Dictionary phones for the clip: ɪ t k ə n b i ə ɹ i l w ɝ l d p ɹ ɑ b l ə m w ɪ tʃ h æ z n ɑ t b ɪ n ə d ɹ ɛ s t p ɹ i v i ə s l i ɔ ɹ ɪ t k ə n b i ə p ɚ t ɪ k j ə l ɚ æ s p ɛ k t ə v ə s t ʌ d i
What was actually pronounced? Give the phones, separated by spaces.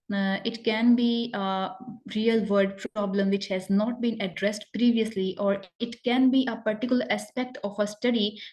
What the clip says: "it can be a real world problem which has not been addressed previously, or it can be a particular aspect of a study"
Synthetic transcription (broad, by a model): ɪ t k ə n b i ə ɹ i l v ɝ d p ɹ ɑ b l ə m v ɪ tʃ h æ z n ɑ t b ɪ n ə d ɹ ɛ s t p ɹ i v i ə s l i ɔ ɹ ɪ t k ə n b i ə p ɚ t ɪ k j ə l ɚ æ s p ɛ k t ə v ə s t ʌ d i